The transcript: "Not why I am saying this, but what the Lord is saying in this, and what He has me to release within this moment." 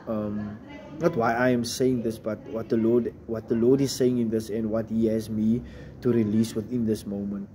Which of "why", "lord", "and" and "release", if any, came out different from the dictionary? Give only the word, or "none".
lord